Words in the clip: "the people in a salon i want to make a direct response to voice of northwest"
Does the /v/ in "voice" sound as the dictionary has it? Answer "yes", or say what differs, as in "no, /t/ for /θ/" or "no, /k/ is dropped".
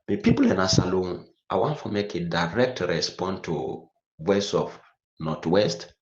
no, /w/ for /v/